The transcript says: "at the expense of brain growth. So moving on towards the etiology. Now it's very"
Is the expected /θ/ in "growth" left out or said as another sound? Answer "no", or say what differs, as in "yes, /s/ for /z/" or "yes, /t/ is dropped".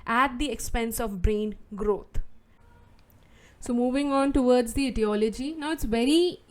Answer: yes, /t/ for /θ/